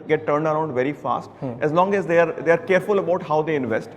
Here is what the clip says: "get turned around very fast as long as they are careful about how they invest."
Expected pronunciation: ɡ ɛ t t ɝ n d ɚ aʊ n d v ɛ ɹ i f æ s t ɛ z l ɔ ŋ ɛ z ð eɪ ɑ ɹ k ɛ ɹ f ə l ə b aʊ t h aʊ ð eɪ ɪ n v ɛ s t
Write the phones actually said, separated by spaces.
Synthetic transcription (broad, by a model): ɡ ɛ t t ɝ n d ɚ aʊ n d v ɛ ɹ i f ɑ s t ɛ z l ɔ ŋ ɛ z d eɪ ɑ ɹ k ɛ ɹ f ə l ə b aʊ t h aʊ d eɪ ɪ n v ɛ s t